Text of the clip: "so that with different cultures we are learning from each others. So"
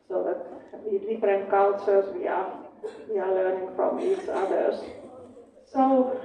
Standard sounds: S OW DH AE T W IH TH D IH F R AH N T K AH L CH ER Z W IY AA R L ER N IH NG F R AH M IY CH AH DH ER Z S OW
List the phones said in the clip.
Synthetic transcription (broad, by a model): S OW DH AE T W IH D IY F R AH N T K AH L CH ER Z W IY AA W L ER N IH NG F R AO M IY CH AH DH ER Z S OW